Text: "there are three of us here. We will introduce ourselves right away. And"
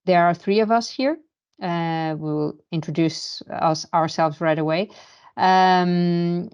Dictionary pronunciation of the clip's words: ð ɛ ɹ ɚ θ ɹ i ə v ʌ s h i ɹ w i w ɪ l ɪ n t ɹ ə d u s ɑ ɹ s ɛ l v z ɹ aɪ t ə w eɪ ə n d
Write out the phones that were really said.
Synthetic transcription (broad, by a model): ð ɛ ɹ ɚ θ ɹ i ə v ʌ s h i ɹ w i w ɪ l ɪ n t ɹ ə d u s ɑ ɹ s ɛ l v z ɹ aɪ t ə w eɪ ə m